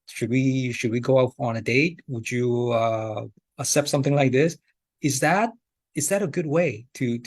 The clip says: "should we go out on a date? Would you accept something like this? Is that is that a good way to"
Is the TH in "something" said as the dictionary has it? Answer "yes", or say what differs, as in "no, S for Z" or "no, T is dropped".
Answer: yes